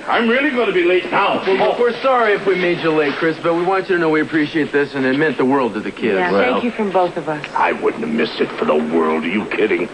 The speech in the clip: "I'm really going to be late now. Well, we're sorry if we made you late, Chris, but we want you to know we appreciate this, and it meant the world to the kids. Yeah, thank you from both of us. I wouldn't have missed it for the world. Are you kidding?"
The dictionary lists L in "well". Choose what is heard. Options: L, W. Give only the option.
W